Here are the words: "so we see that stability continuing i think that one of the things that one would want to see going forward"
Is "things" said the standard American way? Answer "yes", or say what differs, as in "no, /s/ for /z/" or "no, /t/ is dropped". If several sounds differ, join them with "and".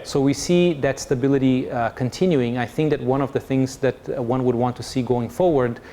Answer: yes